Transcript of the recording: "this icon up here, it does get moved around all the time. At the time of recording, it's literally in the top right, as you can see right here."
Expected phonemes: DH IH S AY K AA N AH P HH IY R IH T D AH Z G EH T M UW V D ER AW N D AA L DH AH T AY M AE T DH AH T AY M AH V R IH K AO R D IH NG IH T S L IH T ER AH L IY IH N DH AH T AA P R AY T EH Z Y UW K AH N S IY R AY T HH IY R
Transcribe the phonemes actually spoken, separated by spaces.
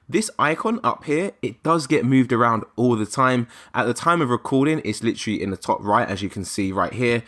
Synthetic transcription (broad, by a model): DH IH S AY K AA N AH P HH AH R IH T D AH Z G EH T M UW V D ER AW N D AA L DH AH T AY M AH T DH AH T AY M AH V R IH K AO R D IH NG IH T S L IH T ER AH L IY IH N DH AH T AA P R AY T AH Z Y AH K AH N S IY R AY T HH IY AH